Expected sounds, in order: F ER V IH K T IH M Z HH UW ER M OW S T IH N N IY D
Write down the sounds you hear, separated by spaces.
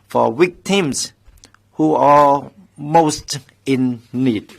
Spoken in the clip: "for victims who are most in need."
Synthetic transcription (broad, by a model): F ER W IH K T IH M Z HH UW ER M OW S T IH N N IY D